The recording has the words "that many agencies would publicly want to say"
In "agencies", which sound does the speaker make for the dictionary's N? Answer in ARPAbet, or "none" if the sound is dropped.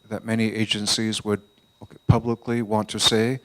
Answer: N